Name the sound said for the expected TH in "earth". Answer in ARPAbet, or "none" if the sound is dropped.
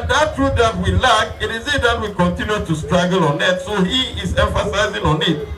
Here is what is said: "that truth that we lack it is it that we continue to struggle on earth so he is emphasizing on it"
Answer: T